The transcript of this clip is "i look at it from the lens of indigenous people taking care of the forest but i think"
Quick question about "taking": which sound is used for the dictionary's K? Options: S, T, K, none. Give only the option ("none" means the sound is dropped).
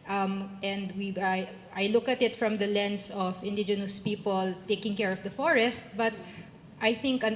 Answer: K